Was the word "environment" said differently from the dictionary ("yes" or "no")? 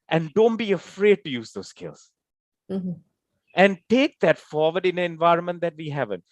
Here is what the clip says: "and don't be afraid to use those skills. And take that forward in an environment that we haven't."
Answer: no